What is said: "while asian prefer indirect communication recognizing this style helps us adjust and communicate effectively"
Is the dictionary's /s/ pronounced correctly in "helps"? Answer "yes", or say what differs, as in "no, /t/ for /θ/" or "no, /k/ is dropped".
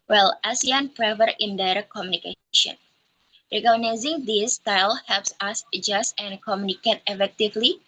yes